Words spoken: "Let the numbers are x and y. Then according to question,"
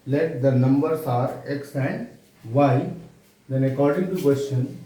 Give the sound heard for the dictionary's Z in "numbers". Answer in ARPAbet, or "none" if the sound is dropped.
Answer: S